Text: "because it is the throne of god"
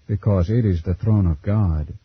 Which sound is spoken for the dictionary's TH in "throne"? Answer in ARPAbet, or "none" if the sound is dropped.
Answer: TH